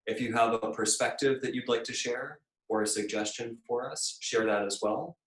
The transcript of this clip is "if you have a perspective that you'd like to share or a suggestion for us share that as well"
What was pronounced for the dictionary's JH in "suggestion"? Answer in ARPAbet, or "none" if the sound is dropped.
JH